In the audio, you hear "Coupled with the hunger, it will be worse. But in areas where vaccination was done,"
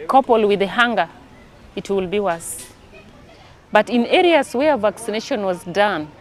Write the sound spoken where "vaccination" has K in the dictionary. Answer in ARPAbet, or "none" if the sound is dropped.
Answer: K